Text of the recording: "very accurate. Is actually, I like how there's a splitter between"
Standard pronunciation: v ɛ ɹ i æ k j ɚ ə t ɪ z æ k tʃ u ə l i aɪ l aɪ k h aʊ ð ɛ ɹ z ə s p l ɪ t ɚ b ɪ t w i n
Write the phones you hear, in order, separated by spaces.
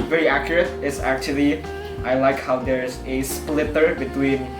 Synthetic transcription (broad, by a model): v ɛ ɹ i æ k j ɚ ə t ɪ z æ k tʃ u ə l i aɪ l aɪ k h aʊ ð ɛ ɹ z ə s p l ɪ t ɚ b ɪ t w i n